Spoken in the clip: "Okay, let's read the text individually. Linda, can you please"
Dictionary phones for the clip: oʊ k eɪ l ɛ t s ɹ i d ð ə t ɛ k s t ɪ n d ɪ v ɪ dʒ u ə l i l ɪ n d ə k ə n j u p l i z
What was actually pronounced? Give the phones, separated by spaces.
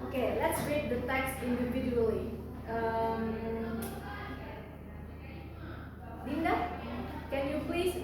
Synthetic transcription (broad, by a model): oʊ k eɪ l ɛ t s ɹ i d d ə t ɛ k s ɪ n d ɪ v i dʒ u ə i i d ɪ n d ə k ə n j u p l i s